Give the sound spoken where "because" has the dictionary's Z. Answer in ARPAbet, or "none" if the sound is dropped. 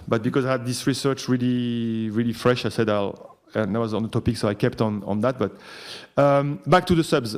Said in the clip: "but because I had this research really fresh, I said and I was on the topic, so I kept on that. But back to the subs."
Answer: Z